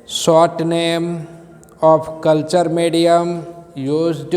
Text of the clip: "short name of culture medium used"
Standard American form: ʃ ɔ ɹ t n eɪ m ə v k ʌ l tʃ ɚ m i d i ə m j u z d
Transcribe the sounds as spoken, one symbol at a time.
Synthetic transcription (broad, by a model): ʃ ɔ t n eɪ m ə p k ʌ l tʃ ɚ m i d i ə m j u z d